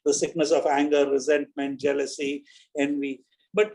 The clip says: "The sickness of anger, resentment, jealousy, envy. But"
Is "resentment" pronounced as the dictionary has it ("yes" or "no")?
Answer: yes